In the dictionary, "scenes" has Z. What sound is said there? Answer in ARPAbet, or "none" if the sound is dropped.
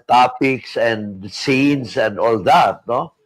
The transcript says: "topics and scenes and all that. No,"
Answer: S